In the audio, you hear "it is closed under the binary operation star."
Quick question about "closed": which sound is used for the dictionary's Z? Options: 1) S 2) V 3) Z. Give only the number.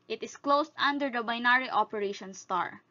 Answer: 1